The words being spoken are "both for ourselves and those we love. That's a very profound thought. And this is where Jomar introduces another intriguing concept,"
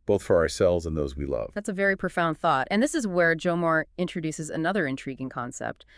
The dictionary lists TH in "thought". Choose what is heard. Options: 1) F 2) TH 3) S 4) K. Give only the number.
2